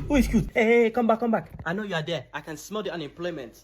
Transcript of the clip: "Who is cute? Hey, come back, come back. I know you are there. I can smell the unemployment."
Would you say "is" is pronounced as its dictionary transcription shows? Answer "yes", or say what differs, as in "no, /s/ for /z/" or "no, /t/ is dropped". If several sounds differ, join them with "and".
no, /s/ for /z/